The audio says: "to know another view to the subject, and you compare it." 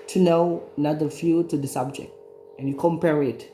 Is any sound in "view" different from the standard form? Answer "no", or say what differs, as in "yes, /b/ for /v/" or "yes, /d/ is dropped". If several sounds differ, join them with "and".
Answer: yes, /f/ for /v/